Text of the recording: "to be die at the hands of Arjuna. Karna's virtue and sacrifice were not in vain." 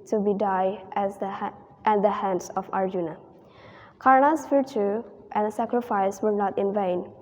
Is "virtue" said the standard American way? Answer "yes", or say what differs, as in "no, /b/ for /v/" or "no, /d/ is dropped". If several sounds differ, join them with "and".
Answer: no, /f/ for /v/